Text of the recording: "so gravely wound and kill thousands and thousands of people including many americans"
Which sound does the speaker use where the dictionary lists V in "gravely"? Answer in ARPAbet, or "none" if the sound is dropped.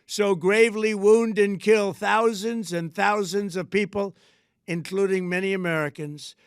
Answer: V